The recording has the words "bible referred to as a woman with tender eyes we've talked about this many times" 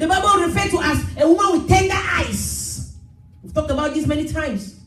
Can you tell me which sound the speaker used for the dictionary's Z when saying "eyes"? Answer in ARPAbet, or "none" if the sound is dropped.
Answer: S